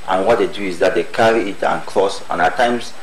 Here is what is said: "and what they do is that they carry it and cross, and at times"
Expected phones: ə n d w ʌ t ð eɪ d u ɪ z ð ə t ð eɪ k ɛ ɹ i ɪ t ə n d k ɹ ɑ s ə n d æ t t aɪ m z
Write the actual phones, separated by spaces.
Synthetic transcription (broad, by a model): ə n w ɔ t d eɪ d u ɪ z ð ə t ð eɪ k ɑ ɹ i ɪ t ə n k l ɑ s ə n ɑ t t aɪ m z